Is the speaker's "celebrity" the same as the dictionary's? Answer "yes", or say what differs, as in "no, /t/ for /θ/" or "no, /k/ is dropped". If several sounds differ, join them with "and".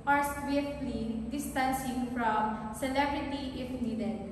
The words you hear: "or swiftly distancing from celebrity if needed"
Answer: yes